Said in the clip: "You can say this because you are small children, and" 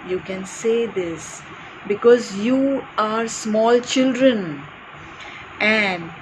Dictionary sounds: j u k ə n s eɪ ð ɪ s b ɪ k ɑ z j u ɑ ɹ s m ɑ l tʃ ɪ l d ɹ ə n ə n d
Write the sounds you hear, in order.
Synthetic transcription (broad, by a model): j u k ə n s eɪ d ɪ s b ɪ k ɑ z j u ɑ ɹ s m ɑ l tʃ ɪ l d ɹ ə n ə n d